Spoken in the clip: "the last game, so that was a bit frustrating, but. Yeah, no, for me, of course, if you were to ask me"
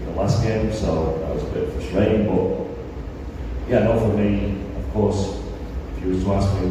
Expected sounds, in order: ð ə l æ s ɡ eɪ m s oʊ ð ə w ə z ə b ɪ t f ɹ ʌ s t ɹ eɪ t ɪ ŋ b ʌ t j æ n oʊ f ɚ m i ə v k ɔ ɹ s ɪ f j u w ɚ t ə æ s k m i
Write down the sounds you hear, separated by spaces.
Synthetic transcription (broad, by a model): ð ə l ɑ s ɡ eɪ m s oʊ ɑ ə w ə z ə b ɪ t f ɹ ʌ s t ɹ eɪ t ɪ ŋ b ʌ t j æ n oʊ f ɚ m i ə v k ɔ ɹ s ɪ f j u w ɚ t ə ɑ s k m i